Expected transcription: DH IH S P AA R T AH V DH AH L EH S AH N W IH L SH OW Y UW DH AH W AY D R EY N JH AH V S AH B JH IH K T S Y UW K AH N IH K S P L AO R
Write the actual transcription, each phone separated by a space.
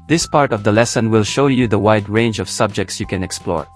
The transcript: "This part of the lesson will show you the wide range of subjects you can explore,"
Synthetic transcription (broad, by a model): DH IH S P AA R T AH V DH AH L EH S AH N W IH L SH OW Y UW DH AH W AY D R EY N JH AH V S AH B JH IH K T S Y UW K AH N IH K S P L AO R